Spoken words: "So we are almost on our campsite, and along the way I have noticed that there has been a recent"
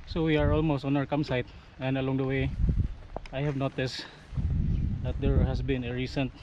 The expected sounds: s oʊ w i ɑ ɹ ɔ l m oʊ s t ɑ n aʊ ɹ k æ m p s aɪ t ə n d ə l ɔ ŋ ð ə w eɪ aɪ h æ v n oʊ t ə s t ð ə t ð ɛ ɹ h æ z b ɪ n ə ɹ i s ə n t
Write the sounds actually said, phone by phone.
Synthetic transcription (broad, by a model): s oʊ w i ɑ ɹ ɔ l m oʊ s t ɑ n aʊ ɹ k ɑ m s aɪ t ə n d ə l ɔ ŋ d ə w eɪ aɪ h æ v n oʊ t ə s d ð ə t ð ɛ ɹ h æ s b ɪ n ə ɹ i s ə n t